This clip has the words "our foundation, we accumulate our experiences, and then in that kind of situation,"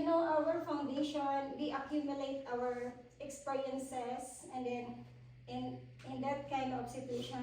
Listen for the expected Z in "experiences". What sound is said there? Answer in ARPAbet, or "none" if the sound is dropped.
S